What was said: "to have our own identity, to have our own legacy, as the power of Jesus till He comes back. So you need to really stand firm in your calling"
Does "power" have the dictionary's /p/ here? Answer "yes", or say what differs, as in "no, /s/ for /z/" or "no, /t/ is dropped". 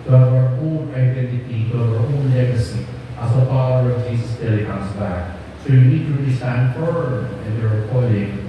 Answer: no, /f/ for /p/